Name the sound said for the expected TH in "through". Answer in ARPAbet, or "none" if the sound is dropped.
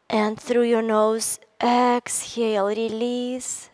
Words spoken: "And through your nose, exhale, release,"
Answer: TH